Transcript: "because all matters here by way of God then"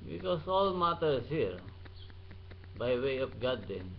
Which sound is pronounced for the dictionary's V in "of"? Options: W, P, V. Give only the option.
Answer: P